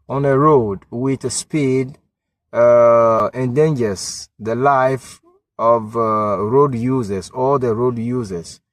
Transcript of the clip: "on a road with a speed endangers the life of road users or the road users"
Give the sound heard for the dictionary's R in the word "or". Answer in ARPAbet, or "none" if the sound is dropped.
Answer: L